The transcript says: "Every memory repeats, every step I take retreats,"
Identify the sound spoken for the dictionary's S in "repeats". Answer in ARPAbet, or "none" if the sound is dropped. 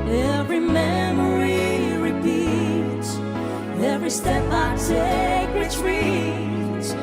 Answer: none